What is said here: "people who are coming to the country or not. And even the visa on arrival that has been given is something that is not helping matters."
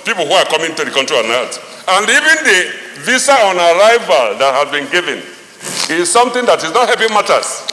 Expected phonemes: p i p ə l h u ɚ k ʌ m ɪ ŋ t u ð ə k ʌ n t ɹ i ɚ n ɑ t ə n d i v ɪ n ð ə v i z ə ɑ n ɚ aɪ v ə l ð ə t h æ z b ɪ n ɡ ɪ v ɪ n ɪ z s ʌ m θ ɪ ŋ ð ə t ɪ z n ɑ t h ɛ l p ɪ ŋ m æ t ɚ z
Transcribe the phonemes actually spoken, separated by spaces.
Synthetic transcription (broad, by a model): p i p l h u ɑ k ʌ m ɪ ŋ t u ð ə k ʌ n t ɹ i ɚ n ɑ t ə n d i v ɪ n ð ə v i s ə ɑ n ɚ aɪ v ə l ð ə t h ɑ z b ɪ n ɡ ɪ v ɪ n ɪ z s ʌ m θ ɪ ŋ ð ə t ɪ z n ɑ t h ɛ p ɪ m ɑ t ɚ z